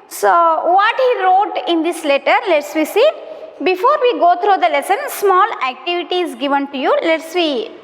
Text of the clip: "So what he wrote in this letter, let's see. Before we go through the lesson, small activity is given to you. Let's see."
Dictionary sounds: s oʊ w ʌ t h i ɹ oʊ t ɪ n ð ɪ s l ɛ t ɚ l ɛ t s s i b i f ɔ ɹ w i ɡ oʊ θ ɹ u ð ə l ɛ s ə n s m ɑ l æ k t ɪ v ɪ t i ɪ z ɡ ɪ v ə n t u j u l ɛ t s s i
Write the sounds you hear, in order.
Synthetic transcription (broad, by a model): s oʊ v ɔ t h i ɹ oʊ t ɪ n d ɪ s l ɛ t ɚ l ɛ t s s i b i f ɔ ɹ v i ɡ oʊ t ɹ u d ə l ɛ s ə n s m ɑ l æ k t ɪ v ɪ t i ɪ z ɡ ɪ v ə n t u j u l ɛ t s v i